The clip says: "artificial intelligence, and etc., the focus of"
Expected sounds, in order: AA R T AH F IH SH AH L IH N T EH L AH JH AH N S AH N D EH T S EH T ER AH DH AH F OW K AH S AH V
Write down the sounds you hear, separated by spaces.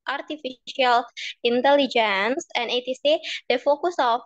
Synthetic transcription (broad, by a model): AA R T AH F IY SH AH L IH N T EH L AH JH AH N S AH N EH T IY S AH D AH F OW K AH S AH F